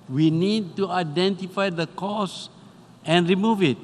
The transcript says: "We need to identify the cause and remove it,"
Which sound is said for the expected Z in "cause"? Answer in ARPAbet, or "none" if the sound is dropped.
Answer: S